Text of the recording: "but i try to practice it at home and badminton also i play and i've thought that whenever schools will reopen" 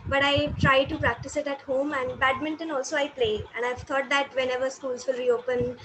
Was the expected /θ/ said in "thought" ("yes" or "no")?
no